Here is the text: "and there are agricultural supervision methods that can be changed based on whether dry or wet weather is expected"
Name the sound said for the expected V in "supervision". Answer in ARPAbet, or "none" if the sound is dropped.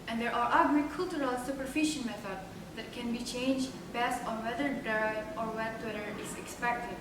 F